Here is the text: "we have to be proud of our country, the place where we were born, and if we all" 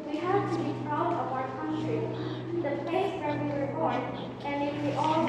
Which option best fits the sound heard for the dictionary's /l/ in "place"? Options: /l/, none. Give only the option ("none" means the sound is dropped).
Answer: none